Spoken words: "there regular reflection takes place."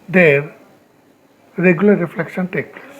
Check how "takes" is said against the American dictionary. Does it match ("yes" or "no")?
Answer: no